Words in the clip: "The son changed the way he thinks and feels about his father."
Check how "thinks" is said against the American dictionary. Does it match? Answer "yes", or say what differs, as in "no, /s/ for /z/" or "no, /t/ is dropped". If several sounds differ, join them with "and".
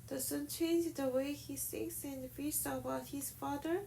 no, /s/ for /θ/